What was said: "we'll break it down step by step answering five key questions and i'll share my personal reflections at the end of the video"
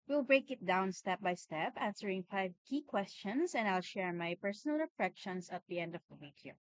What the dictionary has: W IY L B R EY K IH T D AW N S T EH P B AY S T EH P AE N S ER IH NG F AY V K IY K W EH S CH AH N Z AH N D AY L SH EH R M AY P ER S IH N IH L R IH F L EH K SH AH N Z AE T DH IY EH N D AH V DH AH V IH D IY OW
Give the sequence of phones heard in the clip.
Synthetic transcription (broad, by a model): W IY L B R EY K IH T D AW N S T EH P B AY S T EH P AE N S ER IH NG F AY V K IY K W EH S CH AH N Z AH N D AY L SH EH R M AY P ER S IH N IH L R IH F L EH K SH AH N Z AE T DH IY EH N D AH V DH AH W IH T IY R